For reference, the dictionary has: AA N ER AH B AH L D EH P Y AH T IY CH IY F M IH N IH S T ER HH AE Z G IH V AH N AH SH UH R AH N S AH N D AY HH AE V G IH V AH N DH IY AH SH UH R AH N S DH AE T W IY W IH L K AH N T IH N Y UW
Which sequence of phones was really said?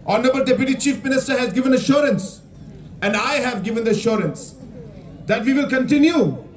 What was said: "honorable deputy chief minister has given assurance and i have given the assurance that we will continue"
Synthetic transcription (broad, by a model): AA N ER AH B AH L D EH P Y AH T IY CH IY F M IH N IH S T ER HH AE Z G IH V AH N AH SH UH R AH N S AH N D AY HH AE V G IH V AH N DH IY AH SH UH R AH N S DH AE T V IY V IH L K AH N T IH N Y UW